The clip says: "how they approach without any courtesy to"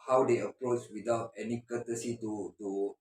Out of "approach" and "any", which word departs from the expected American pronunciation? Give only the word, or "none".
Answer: approach